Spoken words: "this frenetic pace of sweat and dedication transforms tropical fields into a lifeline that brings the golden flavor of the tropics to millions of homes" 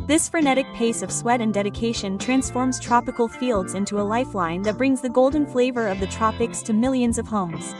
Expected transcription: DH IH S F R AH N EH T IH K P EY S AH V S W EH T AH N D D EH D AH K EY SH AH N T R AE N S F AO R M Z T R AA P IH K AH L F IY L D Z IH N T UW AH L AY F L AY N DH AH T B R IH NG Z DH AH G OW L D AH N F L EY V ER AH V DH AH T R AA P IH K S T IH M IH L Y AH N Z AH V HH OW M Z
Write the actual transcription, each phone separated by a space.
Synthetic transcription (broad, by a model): DH IH S F R AH N EH T IH K P EY S AH V S W EH T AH N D D EH D AH K EY SH AH N T R AE N S F AO R M Z T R AA P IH K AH L F IY L D Z IH N T UW AH L AY F L AY N DH AH T B R IH NG Z DH AH G OW L D N F L EY V ER AH V DH AH T R AA P IH K S T IH M IH L Y AH N Z AH V HH OW M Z